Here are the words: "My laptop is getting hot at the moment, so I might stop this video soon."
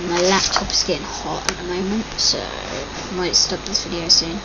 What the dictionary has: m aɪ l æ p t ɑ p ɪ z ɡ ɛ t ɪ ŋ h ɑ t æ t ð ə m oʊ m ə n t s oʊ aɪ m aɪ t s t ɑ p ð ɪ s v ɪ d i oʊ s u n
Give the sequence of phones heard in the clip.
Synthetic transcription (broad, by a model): m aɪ l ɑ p t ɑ p ɪ z ɡ ɛ t ɪ ŋ h ɑ t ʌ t ð ə m oʊ m ə n t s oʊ m aɪ t s t ɑ p ð ɪ s f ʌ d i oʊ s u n